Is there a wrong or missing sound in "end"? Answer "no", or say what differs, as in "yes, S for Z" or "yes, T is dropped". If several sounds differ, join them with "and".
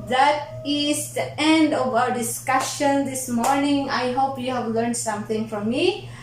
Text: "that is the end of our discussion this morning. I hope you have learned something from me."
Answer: no